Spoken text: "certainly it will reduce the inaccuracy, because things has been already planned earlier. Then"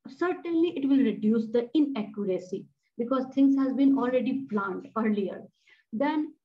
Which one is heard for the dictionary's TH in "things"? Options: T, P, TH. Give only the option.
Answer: T